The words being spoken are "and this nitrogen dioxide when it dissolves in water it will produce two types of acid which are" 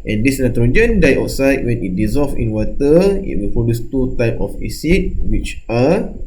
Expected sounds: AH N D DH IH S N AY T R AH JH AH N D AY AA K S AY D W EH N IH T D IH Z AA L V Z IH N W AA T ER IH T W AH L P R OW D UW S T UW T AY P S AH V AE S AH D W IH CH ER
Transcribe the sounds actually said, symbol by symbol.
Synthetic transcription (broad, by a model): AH N D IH S N AY T R AH JH AH N D AY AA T S AY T W EH N IH T D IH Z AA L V IH N W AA T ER IH T W AH L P OW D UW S T UW T AY P AH F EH S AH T W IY CH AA